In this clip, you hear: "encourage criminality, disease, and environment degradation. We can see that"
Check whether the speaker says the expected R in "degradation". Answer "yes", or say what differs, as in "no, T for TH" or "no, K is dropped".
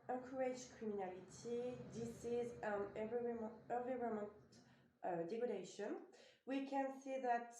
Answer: no, R is dropped